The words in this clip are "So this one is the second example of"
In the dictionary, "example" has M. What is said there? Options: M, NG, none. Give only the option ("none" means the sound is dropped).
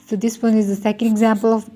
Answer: M